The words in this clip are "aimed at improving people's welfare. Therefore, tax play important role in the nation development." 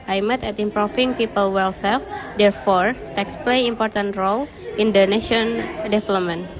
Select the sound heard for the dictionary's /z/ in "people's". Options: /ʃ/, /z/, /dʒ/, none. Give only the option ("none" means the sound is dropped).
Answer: none